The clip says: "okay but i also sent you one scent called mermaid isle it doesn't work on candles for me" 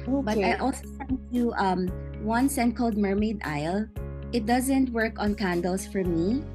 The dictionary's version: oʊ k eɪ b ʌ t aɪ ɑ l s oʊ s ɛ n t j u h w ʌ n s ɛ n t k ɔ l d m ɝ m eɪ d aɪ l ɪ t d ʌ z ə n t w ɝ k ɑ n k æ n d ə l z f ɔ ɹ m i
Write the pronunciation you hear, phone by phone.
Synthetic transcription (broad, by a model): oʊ b ʌ t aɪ ɑ l s oʊ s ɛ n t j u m w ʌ n s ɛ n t k ɔ l d m ɝ m eɪ d aɪ l ɪ t d ʌ z ə n t w ɝ k ɑ n k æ n d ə l s f ɔ ɹ m i